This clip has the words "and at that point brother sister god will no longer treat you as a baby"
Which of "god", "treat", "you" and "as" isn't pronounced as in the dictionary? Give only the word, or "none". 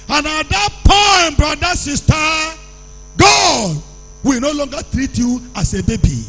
as